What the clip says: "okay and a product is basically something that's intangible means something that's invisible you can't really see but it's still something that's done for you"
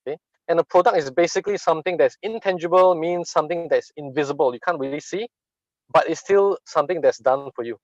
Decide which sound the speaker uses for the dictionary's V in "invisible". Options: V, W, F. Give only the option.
V